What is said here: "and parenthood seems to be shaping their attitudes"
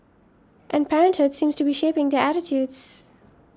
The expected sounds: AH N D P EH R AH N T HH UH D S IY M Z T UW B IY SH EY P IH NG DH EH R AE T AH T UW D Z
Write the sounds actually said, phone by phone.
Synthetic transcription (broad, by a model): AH N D P EH R AH N T HH UH D S IY M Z T UW B IY SH EY P IH NG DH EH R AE T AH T UW D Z